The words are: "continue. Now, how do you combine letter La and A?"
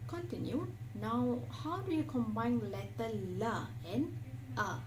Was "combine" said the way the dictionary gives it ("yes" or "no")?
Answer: yes